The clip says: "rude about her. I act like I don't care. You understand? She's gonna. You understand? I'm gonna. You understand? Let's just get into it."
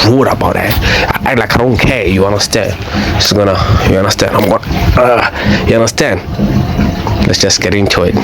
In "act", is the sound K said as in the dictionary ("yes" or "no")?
no